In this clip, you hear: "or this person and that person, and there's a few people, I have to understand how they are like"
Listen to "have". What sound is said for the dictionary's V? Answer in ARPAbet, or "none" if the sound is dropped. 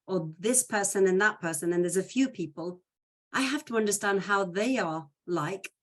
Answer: F